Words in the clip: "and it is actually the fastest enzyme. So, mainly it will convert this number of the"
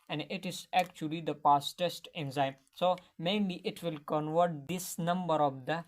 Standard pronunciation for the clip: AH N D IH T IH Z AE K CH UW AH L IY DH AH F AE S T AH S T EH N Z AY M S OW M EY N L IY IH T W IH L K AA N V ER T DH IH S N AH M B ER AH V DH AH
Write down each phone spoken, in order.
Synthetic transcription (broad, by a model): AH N D IH T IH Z AE K CH UW AH L IY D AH P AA S T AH S T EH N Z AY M S OW M EY N L IY IH T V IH L K AA N V ER T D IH S N AH M B ER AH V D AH